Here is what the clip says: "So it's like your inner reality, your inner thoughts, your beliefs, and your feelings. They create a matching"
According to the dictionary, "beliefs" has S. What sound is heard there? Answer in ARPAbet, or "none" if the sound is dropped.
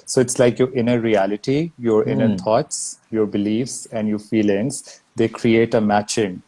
S